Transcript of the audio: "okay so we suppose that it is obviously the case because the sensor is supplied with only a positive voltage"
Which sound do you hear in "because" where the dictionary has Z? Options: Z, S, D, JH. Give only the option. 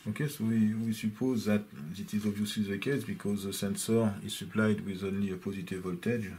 Z